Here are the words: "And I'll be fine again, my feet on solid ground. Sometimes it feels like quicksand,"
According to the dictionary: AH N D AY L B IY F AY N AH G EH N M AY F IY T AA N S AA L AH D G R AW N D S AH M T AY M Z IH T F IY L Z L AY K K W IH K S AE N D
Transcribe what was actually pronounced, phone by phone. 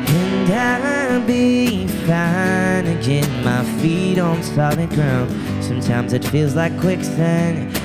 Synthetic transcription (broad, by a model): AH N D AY B IY F AY N AH G EH N M AY F IY T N S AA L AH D G R AW N D S AH M T AY M Z IH T F IY L Z L AY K K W IH K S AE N